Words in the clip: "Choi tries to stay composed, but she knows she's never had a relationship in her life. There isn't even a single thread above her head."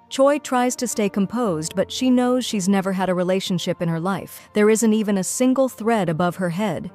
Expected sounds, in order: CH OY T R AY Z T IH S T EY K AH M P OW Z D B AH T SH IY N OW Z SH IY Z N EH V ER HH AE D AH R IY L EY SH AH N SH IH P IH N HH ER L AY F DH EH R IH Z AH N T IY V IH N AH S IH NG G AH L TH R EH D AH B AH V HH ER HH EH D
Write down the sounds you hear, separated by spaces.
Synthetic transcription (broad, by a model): CH OY T R AY Z T IH S T EY K AH M P OW Z D B AH T SH IY N OW Z SH IY Z N EH V ER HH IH D AH R IY L EY SH AH N SH IH P IH N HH ER L AY F DH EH R IH Z AH N T IY V IH N AH S IH NG G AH L TH R EH D AH B AH V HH ER HH EH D